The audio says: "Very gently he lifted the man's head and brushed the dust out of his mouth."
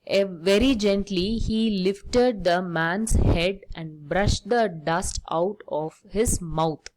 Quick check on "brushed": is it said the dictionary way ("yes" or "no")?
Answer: yes